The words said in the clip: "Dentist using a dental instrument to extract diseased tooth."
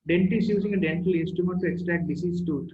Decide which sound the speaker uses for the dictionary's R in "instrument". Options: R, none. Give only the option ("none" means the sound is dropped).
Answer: none